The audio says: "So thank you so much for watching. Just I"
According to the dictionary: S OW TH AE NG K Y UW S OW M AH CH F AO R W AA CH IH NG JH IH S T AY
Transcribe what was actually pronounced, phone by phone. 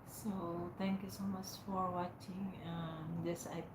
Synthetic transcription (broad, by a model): S OW T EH NG K Y UW S OW M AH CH F AO R W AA CH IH NG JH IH S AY